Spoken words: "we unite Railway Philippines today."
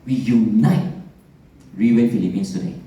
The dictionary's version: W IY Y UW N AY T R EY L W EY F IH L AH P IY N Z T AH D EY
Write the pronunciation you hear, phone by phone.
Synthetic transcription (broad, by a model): W IY Y UW N AY T R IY W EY F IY L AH P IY N S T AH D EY